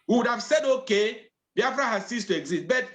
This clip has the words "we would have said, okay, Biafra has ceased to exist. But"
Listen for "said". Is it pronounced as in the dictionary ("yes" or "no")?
yes